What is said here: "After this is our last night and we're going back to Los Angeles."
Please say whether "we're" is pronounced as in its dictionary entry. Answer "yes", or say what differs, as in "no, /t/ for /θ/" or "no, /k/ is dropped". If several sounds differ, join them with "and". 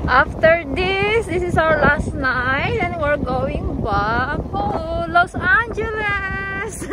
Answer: yes